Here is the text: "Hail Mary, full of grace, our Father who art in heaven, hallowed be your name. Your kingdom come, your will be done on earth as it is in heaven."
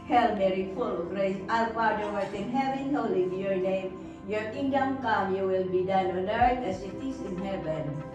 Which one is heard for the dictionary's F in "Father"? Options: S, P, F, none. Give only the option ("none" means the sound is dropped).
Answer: P